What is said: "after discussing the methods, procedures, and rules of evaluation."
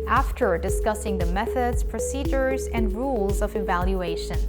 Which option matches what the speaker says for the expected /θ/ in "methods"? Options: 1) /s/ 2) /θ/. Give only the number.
2